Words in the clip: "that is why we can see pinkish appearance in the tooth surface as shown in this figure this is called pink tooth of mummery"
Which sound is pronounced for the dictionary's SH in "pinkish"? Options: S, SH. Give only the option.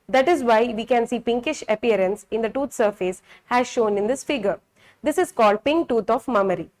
SH